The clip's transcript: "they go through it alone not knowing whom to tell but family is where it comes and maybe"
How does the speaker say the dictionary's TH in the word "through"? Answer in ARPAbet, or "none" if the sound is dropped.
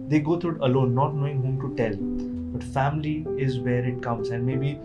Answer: T